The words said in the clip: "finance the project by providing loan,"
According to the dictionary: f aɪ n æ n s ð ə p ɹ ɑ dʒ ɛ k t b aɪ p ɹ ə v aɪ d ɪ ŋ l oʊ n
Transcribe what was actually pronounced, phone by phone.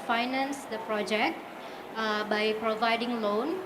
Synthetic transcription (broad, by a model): f aɪ n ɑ n s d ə p ɹ ɑ dʒ ɛ k t b aɪ p ɹ ə v aɪ d ɪ ŋ l oʊ n